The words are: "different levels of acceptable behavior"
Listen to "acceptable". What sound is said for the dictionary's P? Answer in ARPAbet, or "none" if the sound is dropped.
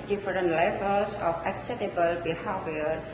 none